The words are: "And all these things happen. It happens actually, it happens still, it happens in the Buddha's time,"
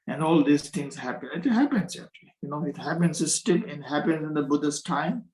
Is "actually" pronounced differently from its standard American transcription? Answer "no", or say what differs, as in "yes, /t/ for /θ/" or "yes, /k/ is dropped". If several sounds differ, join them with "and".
yes, /n/ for /l/